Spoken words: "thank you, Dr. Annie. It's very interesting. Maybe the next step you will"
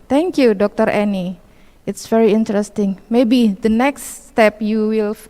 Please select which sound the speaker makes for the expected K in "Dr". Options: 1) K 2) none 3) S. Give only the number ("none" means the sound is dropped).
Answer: 1